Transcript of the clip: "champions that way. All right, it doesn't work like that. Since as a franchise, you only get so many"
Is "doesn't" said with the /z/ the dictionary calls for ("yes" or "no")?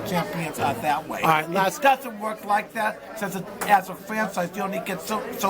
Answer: yes